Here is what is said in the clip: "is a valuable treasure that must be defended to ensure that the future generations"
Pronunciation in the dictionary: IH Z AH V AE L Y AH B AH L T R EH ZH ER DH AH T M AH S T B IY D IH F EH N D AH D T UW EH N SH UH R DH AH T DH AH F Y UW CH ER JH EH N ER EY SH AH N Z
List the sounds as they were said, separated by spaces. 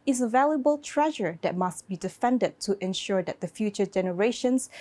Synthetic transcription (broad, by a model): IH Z AH V AE L Y AH B AH L T R EH ZH ER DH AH T M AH S T B IY D IH F EH N D AH D T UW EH N SH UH R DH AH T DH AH F Y UW CH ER JH EH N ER EY SH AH N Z